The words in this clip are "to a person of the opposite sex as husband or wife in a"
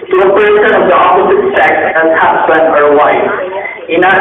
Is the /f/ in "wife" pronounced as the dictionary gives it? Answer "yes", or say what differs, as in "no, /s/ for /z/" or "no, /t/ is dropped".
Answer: no, /f/ is dropped